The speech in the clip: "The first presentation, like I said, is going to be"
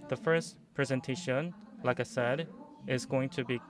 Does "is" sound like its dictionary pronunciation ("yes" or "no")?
yes